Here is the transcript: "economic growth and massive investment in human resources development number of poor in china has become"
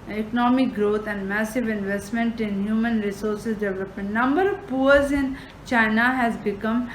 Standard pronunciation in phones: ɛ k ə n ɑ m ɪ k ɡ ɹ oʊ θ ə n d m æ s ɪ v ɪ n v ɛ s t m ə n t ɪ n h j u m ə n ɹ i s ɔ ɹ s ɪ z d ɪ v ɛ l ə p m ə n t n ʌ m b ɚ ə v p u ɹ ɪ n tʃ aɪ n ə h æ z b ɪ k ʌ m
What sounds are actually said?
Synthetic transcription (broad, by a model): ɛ k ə n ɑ m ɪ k ɡ ɹ oʊ t ə n d m æ s ɪ v ɪ n v ɛ s t m ə n t ɪ n h j u m ə n ɹ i s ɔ ɹ s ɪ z d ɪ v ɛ l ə p m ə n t n ʌ m b ɚ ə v p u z ɪ n tʃ aɪ n ə h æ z b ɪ k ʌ m